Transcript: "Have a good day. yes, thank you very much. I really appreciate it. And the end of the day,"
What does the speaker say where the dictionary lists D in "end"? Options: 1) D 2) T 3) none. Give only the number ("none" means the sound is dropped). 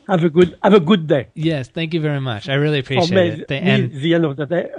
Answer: 3